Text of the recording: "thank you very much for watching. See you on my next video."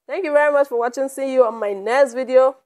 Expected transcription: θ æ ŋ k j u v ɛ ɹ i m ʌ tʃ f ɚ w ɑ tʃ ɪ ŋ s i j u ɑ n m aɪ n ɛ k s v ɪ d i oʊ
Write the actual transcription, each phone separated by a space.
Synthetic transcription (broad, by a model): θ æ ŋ k j u v ɛ ɹ i m ʌ tʃ f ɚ w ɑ tʃ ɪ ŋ s i j u ɑ n m aɪ n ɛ s v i d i oʊ